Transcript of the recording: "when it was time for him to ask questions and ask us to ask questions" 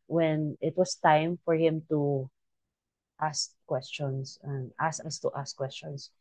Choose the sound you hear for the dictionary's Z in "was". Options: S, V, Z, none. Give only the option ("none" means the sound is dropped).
S